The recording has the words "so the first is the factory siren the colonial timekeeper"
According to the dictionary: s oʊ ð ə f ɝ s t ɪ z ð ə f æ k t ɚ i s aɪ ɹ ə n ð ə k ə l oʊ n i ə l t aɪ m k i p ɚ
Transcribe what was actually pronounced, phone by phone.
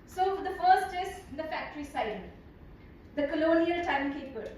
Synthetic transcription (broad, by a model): s oʊ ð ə f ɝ s t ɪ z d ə f æ k t ɚ i s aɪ ə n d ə k ə l oʊ n i ə l t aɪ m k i p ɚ